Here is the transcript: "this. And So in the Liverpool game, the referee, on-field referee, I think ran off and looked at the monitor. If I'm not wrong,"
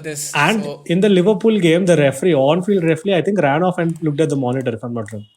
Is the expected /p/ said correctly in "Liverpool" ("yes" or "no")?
yes